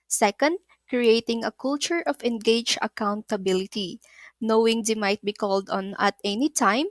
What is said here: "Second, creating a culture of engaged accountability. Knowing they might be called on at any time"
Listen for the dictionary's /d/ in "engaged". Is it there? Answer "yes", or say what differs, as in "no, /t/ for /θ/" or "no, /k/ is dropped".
no, /d/ is dropped